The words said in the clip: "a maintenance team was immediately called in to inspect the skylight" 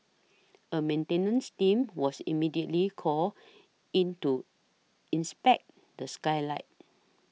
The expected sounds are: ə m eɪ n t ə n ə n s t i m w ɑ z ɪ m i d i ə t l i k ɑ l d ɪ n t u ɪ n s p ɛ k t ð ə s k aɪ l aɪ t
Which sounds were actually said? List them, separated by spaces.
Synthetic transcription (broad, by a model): ə m eɪ n t ə n ə n s t i m w ɑ s ɪ m i d i ə t l i k ɑ l ɪ n t u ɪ n s p ɛ k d ə s k aɪ l aɪ t